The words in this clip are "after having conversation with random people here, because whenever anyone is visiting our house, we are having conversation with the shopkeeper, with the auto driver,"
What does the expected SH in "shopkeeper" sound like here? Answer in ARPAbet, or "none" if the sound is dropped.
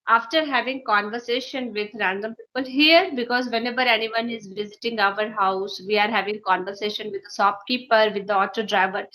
S